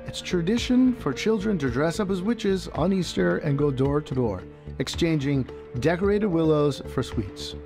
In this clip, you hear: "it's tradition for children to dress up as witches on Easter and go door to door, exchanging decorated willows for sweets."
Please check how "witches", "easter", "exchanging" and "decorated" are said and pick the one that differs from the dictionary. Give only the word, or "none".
none